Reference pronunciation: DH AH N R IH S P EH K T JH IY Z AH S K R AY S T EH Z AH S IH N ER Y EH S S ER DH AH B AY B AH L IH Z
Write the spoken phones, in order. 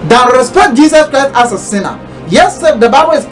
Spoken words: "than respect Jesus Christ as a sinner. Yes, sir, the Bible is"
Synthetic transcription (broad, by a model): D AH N R IH S P EH K T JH IY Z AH S K R AY S T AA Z AH S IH N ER Y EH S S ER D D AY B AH W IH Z